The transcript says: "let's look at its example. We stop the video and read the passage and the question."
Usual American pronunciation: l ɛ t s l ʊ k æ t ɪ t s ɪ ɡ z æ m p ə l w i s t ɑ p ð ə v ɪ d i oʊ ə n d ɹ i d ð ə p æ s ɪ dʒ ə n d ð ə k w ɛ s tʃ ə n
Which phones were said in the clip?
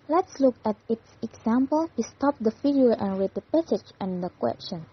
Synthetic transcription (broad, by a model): l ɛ t s l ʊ k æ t ɪ t s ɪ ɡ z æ m p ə l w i s t ɑ p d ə f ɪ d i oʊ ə n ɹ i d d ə p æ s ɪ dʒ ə n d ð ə k w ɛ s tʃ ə n